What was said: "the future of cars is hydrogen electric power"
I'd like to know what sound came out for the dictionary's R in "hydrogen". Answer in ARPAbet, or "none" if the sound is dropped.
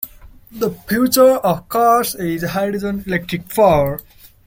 none